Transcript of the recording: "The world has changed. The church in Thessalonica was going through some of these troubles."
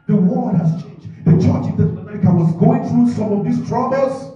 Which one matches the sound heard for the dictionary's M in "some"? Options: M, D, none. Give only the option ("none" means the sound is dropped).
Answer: M